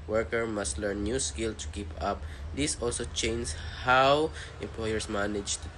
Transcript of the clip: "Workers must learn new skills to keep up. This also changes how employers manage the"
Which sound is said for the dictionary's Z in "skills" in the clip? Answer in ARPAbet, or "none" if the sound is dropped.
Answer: none